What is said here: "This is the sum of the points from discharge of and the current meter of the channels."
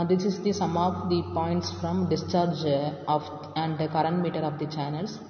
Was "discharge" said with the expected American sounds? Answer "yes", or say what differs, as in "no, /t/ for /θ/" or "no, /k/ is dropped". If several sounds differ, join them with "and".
yes